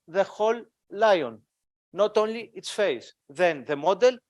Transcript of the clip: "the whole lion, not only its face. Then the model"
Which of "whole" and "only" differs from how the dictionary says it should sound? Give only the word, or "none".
none